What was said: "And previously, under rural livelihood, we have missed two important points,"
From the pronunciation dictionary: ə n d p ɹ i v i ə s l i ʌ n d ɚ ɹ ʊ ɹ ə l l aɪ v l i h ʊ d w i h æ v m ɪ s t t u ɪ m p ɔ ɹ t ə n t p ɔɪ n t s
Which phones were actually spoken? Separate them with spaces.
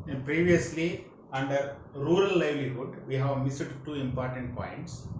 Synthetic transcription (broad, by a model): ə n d p ɹ i v i ə s l i ʌ n d ɚ ɹ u ɹ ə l l aɪ v l i h ʊ d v i h æ v m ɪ s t t u ɪ m p ɔ ɹ t ə n t p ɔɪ n t s